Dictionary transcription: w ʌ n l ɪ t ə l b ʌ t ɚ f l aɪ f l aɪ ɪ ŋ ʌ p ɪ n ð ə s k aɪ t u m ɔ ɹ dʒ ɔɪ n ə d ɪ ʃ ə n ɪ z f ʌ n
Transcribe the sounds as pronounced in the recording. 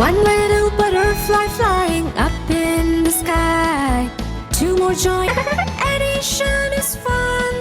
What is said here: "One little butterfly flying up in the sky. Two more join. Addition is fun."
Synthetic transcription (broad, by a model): ʌ n l ɪ t l b ʌ t ɚ f l aɪ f l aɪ ɪ ŋ ʌ p ɪ n ð ə s k aɪ t u m ɔ ɹ dʒ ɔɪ ə d ɪ ʃ ə n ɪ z f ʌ n